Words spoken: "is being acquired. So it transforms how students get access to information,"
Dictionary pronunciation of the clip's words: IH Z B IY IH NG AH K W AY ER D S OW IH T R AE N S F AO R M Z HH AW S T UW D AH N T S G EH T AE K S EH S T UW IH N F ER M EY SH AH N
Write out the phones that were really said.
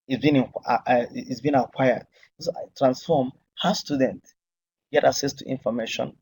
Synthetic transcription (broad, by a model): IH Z B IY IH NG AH K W AY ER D S OW IH T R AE N S F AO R M HH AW S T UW D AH N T G EH T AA K S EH S T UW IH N F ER M EY SH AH N